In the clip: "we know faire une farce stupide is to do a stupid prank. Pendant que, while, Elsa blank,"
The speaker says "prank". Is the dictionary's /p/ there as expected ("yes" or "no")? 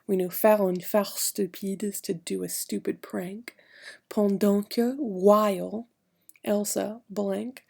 yes